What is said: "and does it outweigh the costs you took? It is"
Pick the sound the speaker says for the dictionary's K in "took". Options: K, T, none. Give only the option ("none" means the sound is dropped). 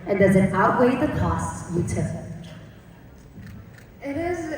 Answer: none